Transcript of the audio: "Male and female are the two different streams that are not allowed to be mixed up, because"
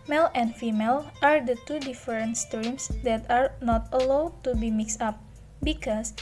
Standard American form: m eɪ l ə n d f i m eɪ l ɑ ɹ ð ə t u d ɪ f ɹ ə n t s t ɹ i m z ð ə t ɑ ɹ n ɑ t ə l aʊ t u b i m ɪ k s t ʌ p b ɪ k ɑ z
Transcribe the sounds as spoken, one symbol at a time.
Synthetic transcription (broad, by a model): m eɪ l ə n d f i m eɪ l ɑ ɹ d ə t u d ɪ f ɹ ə n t s t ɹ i m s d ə t ɑ ɹ n ɑ t ə l aʊ t u b i m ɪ k s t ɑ p b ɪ k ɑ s